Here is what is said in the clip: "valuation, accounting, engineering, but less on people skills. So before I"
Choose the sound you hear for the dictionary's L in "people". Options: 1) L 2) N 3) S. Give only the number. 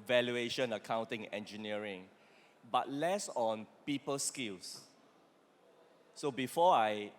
1